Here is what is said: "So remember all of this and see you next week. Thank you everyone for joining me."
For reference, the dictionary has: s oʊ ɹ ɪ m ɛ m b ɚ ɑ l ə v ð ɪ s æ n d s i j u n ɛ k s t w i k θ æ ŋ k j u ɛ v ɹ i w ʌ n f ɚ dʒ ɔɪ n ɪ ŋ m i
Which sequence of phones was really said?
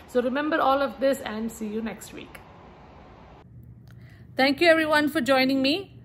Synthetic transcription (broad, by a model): s oʊ ɹ ɪ m ɛ m b ɚ ɑ l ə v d ɪ s æ n d s i j u n ɛ k s t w i k t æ ŋ k j u ɛ v ɹ i w ʌ n f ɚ dʒ ɔɪ n ɪ ŋ m i